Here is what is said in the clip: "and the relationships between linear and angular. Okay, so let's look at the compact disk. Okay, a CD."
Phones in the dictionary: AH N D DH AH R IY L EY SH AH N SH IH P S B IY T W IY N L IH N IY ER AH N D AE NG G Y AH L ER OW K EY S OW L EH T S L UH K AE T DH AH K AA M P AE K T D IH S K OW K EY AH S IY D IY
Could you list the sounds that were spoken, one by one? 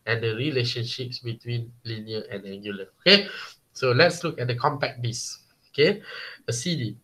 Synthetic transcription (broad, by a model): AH N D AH R IY L EY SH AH N SH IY P S B IY T W IY N L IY N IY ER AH N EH NG G Y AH L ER OW K EY S OW L EH T S L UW K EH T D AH K AA M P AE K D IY S OW K EY AH S IY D IY